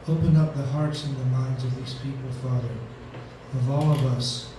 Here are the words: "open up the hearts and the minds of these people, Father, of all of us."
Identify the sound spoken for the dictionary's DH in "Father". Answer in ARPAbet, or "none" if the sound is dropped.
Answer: DH